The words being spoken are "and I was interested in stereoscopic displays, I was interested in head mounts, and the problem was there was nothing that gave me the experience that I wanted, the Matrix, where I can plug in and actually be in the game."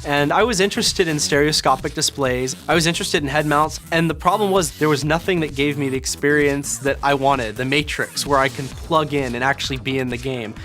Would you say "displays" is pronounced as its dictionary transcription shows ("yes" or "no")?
yes